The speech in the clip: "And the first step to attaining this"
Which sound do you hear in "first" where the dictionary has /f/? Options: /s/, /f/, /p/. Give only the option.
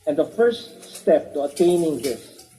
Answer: /f/